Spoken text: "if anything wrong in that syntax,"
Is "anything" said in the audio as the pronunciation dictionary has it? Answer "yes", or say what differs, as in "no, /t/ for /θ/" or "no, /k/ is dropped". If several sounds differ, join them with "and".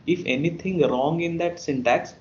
no, /t/ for /θ/